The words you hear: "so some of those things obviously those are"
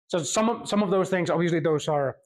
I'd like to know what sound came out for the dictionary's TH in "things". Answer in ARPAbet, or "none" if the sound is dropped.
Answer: TH